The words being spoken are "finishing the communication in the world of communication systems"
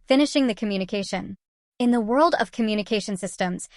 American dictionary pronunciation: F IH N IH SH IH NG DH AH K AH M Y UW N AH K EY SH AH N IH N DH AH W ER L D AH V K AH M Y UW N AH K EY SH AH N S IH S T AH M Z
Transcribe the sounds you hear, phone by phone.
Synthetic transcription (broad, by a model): F IH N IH SH IH NG DH AH K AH M Y UW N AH K EY SH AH N IH N DH AH W ER L D AH V K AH M Y UW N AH K EY SH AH N S IH S T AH M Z